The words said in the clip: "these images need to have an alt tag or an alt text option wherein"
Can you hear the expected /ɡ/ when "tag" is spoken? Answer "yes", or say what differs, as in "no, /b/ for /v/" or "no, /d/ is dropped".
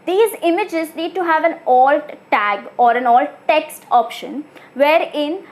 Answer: yes